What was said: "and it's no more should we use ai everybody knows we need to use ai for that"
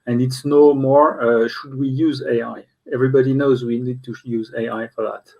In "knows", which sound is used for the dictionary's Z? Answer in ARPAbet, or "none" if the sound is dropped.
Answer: Z